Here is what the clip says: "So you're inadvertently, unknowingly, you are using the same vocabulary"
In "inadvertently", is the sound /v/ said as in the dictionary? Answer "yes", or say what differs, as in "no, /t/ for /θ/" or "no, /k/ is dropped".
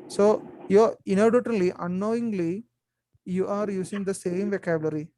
no, /v/ is dropped